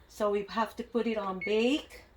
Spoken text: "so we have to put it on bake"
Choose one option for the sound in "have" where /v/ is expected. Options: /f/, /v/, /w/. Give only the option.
/f/